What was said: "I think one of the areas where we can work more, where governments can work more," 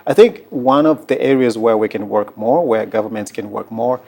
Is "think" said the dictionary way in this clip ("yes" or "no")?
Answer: yes